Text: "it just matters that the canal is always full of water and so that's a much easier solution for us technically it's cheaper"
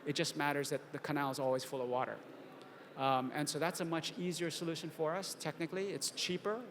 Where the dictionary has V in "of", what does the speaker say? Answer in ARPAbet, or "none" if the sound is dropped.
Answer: V